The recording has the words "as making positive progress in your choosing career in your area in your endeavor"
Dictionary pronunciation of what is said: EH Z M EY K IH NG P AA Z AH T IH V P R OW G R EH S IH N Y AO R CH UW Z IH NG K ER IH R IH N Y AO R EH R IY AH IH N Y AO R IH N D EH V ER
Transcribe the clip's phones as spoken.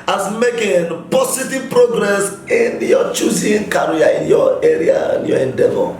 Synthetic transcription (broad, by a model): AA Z M EY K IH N P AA S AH T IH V P R OW G R EH S IH N Y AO CH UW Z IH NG K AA R IH N Y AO EH R IY AH IH N Y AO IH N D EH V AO